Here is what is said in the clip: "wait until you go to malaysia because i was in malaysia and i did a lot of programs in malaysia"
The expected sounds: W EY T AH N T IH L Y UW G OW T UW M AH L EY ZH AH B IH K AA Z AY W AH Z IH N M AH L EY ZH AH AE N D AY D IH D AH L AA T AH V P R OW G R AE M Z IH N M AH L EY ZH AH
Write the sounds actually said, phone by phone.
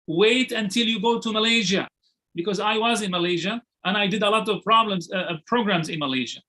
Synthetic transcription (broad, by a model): W EY T AH N T IH L Y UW G OW T UW M AH L EY ZH AH B IH K AA Z AY W AH Z IH N M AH L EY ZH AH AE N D AY D IH D AH L AA T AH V P R OW G R AE M Z IH N M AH L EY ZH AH